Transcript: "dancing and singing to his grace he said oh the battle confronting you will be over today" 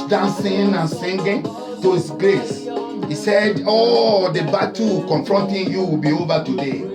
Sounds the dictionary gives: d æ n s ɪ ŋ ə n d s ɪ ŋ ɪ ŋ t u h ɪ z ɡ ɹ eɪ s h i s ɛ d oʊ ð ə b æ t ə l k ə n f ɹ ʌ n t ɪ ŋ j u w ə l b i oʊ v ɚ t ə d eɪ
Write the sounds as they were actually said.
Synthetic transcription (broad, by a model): d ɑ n s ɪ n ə n s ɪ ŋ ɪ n t u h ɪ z ɡ ɹ eɪ s h i s ɛ d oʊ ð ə b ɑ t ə k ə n f ɹ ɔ n t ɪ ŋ j u w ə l b i oʊ v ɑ t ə d eɪ